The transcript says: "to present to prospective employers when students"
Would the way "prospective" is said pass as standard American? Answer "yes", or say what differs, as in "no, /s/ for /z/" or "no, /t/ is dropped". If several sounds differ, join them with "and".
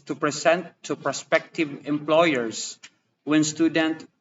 yes